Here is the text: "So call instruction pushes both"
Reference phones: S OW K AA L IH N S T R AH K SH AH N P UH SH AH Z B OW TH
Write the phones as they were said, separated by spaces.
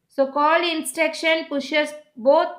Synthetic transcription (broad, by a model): S OW K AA L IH N S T EH K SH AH N P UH SH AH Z B OW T